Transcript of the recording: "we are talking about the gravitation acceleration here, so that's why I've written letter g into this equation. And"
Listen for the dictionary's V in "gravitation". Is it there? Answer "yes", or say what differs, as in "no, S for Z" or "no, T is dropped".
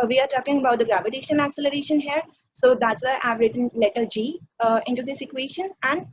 yes